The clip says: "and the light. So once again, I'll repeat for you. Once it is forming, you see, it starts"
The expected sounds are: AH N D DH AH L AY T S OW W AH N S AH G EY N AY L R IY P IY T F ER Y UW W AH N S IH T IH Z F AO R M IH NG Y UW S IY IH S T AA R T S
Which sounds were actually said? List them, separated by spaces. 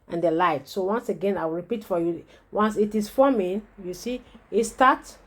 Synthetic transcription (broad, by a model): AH N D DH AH L AY T S OW W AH N S AH G EY N AY W R IY P IY T F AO Y UW W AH N S IH T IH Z F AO M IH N Y UW S IY IH S T AA T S